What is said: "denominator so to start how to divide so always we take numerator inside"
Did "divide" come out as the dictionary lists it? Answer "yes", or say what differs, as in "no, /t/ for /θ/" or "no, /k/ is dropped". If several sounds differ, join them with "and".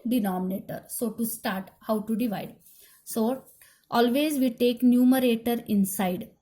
yes